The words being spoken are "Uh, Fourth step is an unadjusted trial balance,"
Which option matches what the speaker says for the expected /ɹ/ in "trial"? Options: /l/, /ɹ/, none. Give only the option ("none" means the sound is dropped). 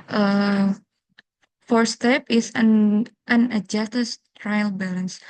/ɹ/